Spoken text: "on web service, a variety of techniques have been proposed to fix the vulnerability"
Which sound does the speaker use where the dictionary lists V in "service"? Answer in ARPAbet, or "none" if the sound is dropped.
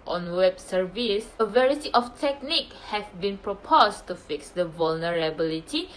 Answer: V